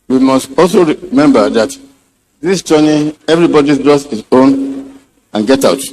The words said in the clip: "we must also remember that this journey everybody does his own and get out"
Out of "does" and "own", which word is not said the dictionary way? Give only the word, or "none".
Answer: does